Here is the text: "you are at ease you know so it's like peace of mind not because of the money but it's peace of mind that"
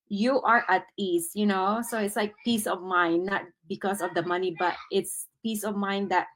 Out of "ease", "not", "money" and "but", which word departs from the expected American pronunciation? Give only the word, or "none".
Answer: ease